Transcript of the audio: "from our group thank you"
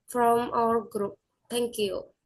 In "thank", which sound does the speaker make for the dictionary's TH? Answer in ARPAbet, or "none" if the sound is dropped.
T